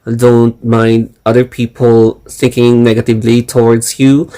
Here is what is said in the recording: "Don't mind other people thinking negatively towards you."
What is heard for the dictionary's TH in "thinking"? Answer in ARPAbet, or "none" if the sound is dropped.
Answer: S